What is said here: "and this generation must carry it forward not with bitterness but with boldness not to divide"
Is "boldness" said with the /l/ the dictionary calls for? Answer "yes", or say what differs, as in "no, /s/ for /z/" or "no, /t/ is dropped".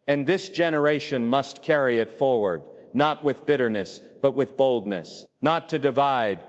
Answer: yes